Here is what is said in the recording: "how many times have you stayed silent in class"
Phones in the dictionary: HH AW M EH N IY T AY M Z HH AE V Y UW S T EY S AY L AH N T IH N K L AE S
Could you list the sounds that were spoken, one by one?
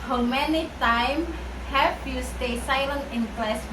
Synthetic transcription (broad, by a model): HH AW M EH N IY T AY M HH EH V Y UW S T EY S AY L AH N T IH N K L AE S